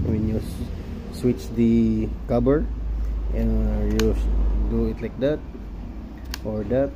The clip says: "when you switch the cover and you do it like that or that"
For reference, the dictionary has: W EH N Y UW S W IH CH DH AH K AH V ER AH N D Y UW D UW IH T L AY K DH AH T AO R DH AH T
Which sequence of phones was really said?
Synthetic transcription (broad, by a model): W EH N Y UW S W IH CH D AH K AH B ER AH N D Y UW D UW IH T L AY K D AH T AO R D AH T